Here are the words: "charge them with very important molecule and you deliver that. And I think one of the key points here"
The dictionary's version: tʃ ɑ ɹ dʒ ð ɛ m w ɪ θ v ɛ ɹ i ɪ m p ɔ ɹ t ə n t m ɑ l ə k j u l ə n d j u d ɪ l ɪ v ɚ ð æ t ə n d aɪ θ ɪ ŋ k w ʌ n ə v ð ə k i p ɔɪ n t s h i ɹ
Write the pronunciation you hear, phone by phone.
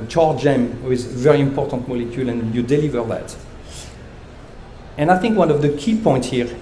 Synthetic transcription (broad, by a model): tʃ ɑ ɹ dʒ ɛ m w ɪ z v ɛ ɹ i ɪ m p ɔ ɹ t ə n t m ɑ l ə k j u l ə n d j u d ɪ l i v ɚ ð æ t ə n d aɪ θ ɪ ŋ k w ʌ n ə v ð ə k i p ɔɪ n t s h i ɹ